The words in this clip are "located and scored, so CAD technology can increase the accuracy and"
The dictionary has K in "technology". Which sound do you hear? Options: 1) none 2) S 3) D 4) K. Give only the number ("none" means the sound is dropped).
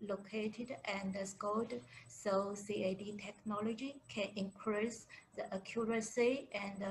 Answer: 4